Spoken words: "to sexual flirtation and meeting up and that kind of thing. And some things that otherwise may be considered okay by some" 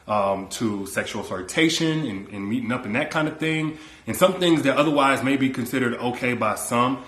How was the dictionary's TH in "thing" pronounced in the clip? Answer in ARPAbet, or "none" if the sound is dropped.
TH